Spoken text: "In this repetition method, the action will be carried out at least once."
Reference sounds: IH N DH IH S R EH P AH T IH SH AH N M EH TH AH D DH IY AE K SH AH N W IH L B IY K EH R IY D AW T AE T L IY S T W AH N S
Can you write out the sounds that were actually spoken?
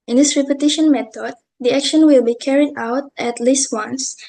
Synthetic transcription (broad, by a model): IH N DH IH S R EH P AH T IH SH AH N M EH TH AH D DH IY AE K SH AH N W IH L B IY K EH R IY D AW T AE T L IY S T W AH N S